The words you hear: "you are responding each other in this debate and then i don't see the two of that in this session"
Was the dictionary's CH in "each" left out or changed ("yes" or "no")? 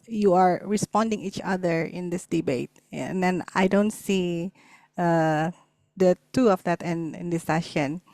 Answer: no